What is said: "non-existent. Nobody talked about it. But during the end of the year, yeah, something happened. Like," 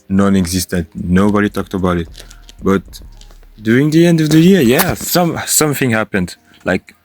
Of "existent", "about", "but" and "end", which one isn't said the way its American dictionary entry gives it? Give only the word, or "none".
none